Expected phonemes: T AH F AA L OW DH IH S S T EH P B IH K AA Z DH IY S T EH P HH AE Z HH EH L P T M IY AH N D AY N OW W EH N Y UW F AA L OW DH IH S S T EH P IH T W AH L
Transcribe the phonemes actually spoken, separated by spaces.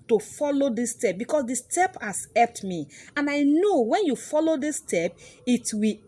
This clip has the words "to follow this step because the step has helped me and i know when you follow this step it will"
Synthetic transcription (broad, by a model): T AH F AA L OW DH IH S S T EH P B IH K AA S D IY S T EH P HH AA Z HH EH P T M IY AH N AY N OW W EH N Y UW F AA L OW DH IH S S T EH P IH T W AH